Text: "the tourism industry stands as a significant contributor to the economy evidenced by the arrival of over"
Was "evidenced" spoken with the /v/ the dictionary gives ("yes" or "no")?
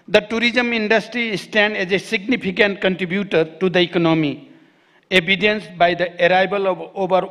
no